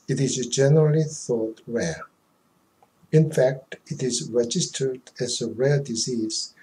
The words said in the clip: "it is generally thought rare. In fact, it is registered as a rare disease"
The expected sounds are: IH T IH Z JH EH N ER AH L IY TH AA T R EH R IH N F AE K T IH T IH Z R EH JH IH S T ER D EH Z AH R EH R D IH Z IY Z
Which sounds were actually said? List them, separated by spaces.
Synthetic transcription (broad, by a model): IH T IH Z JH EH N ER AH L IY TH AA T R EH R IH N F AE K T IH T IH Z R EH JH IH S T ER D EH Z AH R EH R D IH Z IY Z